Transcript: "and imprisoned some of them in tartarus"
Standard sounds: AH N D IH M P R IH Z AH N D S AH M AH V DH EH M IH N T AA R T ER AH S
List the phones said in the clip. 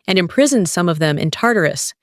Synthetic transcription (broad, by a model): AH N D IH M P R IH Z AH N D S AH M AH V DH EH M IH N T AA R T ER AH S